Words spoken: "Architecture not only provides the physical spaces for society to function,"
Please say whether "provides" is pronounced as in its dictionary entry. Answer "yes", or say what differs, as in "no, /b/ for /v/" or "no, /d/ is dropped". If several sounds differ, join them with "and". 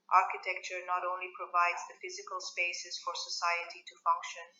yes